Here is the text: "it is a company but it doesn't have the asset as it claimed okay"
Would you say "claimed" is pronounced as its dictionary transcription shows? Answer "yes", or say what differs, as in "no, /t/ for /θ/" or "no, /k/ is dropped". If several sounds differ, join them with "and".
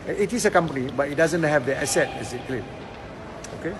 no, /d/ is dropped